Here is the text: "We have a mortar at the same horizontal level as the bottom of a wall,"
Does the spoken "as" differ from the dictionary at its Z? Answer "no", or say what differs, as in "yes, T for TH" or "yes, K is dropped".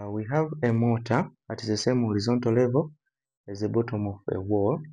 no